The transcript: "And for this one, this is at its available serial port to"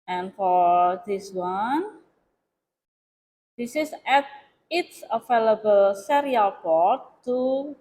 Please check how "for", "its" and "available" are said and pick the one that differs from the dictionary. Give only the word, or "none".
available